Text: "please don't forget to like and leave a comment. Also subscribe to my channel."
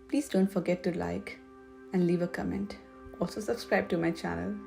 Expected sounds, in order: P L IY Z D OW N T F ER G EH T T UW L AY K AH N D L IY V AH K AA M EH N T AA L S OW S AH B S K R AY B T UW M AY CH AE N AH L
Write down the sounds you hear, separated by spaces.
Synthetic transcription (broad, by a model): P L IY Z D OW N T F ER G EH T T UW L AY K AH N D L IY V AH K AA M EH N T AA L S OW S AH B S K R AY B T UW M AY CH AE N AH L